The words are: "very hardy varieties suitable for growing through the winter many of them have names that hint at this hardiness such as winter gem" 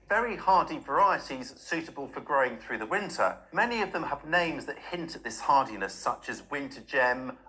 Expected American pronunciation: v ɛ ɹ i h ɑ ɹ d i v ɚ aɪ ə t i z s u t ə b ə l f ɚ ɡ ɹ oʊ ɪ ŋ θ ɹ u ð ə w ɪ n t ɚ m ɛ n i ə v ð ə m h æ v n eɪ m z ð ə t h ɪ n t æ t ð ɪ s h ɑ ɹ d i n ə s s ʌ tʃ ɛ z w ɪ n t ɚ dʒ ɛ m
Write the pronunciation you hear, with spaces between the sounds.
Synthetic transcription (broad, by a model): v ɛ ɹ i h ɑ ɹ d i v ɚ aɪ ə t i z s u t ə b ə l f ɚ ɡ ɹ oʊ ɪ ŋ θ ɹ u ð ə w ɪ n t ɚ m ɛ n i ə v ð ə m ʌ v n eɪ m z ð ə t h ɪ n t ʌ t ð ɪ s h ɑ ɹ d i n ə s s ʌ tʃ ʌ z w ɪ n t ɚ dʒ ɛ m